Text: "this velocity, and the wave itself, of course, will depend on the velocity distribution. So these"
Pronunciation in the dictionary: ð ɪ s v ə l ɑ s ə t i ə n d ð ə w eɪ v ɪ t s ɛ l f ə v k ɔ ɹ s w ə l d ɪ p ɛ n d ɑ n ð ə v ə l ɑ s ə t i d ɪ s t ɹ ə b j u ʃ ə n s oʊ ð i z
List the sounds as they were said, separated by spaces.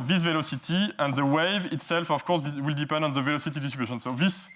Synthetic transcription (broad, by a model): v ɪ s v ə l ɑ s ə t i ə n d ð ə w eɪ v ɪ t s ɛ l f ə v k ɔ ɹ s w ə l d ɪ p ɛ n d ɑ n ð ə v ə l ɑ s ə t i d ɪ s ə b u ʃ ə n s oʊ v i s